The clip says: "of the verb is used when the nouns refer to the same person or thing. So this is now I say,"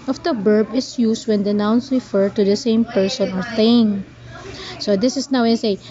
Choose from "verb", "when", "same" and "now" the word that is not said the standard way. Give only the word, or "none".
verb